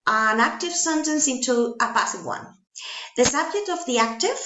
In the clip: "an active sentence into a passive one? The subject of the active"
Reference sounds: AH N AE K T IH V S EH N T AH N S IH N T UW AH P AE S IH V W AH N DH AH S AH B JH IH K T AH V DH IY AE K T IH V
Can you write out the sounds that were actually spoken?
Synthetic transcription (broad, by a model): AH N AE K T IH V S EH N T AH N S IH N T UW AH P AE S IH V W AH N DH AH S AH B JH IH K T AH V DH IY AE K T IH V